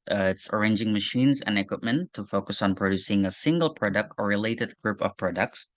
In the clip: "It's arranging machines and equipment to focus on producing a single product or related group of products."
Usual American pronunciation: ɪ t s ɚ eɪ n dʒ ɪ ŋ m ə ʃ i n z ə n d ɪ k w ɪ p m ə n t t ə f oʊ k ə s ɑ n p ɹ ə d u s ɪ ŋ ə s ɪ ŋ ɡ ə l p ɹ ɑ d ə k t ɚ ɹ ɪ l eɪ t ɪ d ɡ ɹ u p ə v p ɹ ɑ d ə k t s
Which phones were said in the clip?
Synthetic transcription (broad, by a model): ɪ t s ɚ eɪ n dʒ ɪ ŋ m ə ʃ i n z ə n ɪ k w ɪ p m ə n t t ə f oʊ k ə s n p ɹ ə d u s ɪ ŋ ə s ɪ ŋ ɡ ə l p ɹ ɑ d ə k t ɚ ɹ ɪ l eɪ t ɪ d ɡ ɹ u p ə v p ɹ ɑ d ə k t s